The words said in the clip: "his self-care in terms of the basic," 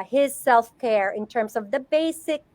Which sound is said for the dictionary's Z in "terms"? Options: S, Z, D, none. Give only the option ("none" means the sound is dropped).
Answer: Z